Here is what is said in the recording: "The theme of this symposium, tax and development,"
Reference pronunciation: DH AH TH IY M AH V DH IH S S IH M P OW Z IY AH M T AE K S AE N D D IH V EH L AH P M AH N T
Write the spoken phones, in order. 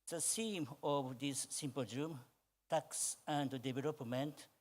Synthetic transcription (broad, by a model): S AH S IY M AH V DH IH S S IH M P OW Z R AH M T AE K S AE N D D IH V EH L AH P M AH N T